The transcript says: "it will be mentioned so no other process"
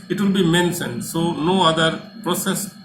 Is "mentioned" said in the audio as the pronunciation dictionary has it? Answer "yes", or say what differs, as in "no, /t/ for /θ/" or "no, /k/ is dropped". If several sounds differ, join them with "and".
no, /s/ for /ʃ/